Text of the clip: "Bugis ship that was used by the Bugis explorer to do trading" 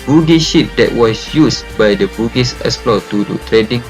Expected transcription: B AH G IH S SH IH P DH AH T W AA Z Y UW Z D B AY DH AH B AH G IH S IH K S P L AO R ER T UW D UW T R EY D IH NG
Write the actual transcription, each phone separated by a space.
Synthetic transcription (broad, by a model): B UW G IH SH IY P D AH T W AA S Y UW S B AY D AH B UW G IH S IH S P L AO T UW D UW T R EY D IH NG